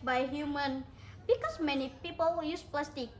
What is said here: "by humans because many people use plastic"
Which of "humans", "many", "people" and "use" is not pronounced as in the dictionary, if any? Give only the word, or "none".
humans